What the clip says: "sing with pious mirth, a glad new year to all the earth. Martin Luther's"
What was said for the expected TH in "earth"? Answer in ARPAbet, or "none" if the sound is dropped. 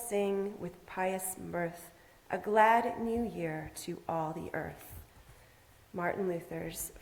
TH